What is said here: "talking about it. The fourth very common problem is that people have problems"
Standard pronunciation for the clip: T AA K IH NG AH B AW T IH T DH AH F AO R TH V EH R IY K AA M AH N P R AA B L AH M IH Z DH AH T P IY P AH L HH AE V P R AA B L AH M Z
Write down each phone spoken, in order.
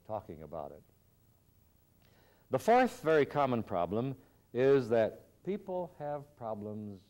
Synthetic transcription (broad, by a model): T AA K IH NG AH B AW T IH T DH AH F AO R TH V EH R IY K AA M AH N P R AA B L AH M IH Z DH AH T P IY P L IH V P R AA B L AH M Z